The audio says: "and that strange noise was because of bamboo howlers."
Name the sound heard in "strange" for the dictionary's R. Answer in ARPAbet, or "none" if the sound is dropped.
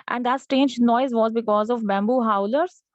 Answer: none